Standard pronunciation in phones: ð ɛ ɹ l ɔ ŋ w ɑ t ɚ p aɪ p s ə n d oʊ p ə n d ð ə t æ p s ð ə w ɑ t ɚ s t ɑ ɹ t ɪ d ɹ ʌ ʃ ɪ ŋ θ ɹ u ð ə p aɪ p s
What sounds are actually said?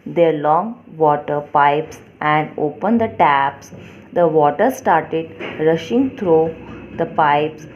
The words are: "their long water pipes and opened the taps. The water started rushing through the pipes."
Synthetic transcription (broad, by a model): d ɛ ɹ l ɔ ŋ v ɑ t ɚ p aɪ p s ə n d oʊ p ə n d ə t æ p s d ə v ɑ t ɚ s t ɑ ɹ t ɪ d ɹ ʌ ʃ ɪ ŋ t ɹ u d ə p aɪ p s